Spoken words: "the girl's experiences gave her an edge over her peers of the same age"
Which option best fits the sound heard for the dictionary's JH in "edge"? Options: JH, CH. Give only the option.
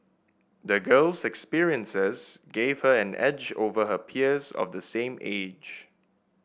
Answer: JH